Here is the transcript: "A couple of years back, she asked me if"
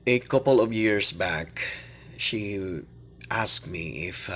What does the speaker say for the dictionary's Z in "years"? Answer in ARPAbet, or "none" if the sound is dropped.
S